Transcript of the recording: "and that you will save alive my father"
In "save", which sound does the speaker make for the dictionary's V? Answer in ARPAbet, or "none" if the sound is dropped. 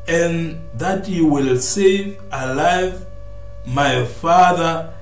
V